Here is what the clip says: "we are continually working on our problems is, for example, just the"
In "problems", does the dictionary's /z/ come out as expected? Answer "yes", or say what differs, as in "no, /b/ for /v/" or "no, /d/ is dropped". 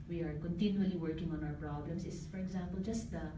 no, /s/ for /z/